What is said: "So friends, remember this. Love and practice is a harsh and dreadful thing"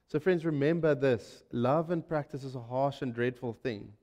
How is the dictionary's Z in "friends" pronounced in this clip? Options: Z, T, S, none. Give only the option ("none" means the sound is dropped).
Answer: Z